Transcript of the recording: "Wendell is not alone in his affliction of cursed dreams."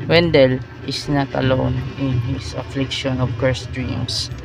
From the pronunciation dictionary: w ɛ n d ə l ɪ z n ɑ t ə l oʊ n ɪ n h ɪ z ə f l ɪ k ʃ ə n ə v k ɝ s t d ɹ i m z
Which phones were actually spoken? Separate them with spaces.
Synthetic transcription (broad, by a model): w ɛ n d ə l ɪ s n ɑ t ə l oʊ n ɪ n h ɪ s ə f l ɪ k ʃ ə n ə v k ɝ s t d ɹ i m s